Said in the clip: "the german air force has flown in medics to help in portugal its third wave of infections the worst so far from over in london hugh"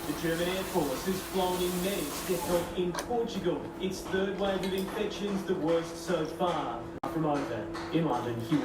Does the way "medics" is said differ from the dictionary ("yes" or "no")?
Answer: yes